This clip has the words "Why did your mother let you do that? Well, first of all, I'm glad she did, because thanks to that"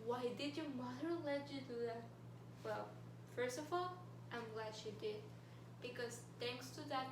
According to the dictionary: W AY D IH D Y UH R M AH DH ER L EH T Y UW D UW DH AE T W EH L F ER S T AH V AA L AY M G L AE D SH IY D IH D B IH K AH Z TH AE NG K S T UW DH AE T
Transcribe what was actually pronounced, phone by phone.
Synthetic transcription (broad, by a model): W AY D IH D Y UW M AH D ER L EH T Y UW D UW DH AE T W EH L F ER S T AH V AA L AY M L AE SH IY D IH D B IH K AH Z T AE NG K S T UW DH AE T